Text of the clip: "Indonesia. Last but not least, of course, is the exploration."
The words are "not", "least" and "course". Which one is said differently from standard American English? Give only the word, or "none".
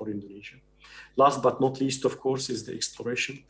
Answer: none